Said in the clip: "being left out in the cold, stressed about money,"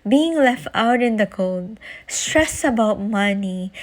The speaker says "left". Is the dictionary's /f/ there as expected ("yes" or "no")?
yes